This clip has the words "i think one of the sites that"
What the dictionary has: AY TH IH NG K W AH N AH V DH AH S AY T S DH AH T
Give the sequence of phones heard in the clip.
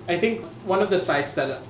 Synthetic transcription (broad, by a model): AY T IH NG K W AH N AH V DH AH S AY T S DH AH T